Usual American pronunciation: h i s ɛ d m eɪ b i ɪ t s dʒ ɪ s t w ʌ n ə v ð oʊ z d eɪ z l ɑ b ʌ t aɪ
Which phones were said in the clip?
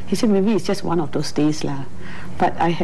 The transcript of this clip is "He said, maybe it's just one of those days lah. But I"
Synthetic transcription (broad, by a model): h i s ɛ d m eɪ b i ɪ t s dʒ ɪ s t w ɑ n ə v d oʊ s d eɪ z l ɑ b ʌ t aɪ